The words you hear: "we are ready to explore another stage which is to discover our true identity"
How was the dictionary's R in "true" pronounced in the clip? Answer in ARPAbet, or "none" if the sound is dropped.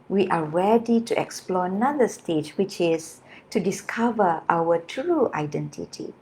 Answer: R